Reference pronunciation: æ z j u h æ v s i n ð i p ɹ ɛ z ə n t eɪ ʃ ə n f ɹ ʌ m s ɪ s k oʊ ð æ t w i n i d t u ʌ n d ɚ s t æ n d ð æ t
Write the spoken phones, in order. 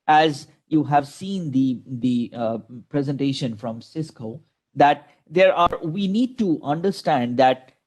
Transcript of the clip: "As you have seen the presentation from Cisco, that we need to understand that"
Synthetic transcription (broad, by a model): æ z j u h æ v s i n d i p ɹ ɛ z ə n t eɪ ʃ ə n f ɹ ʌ m s ɪ s k oʊ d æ t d i n i d t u ʌ n d ɚ s t æ n d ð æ t